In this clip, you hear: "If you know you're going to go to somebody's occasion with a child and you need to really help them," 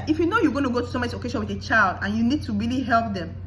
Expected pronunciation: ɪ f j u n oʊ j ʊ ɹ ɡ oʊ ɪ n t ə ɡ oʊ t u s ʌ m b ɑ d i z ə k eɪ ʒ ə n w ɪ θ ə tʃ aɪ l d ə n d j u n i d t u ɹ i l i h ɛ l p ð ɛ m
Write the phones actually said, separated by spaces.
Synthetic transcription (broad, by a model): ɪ f j u n oʊ j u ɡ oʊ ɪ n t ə ɡ oʊ t u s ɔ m ɑ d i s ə k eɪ ʃ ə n w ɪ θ ə tʃ aɪ l d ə n j u n i d t u ɹ i l i h ɛ l p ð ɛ m